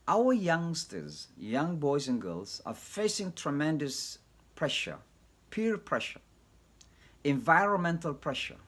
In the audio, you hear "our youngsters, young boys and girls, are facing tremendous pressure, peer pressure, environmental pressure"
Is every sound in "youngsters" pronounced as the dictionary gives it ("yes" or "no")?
yes